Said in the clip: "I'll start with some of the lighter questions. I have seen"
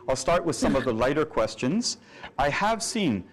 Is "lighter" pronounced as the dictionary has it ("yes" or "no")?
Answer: yes